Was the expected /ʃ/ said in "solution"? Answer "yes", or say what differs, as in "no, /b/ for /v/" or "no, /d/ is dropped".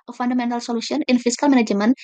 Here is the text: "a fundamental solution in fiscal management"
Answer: no, /s/ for /ʃ/